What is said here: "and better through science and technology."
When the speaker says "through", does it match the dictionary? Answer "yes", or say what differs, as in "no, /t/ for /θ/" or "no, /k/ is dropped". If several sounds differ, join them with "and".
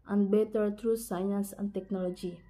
no, /t/ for /θ/